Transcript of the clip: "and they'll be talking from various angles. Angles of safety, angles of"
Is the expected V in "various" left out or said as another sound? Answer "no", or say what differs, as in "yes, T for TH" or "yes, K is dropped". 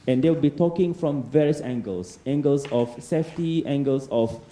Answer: no